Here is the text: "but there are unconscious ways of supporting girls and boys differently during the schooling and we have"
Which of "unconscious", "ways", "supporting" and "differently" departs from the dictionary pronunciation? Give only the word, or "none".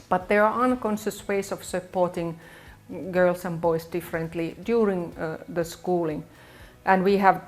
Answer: ways